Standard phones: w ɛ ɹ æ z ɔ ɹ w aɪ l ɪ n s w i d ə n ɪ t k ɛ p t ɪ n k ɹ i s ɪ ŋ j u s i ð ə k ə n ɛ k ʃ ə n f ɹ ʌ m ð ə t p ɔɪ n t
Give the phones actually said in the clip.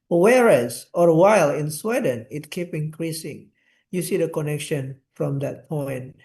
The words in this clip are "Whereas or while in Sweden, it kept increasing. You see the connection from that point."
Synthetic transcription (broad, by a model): w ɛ ɹ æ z ɔ ɹ w aɪ l ɪ n s w i d ə n ɪ t k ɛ p ɪ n k ɹ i s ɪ ŋ j u s i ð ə k ə n ɛ k ʃ ə n f ɹ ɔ m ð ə t p ɔɪ n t